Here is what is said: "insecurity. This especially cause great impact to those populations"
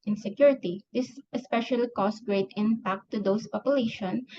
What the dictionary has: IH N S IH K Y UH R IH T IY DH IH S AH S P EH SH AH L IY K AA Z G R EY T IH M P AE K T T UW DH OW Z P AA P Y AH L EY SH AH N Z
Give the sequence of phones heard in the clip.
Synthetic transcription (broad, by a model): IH N S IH K Y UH R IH T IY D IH S AH S P EH SH AH L IY K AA S G R EY T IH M P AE K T T UW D OW S P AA P Y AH L EY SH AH N